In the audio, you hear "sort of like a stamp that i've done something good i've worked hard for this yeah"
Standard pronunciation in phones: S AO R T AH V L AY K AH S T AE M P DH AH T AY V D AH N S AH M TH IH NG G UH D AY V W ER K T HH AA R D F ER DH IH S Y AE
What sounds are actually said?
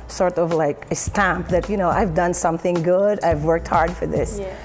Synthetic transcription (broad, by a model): S AO R T AH V L AY K AH S T AE M P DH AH T AY V D AH N S AH M TH IH NG G UH D AY V W ER K T HH AA R D F ER DH IH S